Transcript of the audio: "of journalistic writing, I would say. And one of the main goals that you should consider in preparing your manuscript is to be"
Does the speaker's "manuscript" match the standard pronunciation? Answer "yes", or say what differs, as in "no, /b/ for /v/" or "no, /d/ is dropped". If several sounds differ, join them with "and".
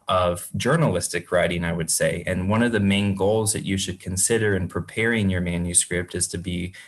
yes